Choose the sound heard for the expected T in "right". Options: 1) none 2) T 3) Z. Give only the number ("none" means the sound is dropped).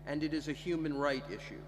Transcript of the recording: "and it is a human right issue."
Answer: 2